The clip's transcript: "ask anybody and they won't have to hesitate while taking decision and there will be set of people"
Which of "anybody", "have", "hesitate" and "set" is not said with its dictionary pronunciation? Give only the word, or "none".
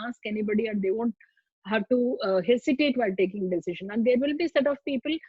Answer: hesitate